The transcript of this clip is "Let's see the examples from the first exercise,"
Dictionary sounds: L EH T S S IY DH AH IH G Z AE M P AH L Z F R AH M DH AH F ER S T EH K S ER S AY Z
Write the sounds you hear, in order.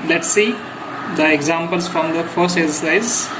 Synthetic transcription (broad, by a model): L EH T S S IY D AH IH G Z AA M P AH L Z F R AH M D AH F ER S T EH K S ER S AY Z